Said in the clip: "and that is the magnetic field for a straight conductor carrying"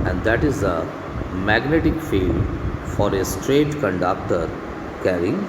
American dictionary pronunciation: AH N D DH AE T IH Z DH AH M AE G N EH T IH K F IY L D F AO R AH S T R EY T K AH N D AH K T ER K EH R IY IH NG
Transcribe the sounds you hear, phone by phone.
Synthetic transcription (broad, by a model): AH N D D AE T IH Z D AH M AE G N EH T IH K F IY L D F AO R AH S T R EY T K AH N D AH K T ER K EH R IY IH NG